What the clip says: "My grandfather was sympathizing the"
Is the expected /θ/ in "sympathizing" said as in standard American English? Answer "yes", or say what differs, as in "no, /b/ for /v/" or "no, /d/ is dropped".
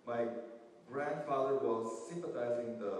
no, /t/ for /θ/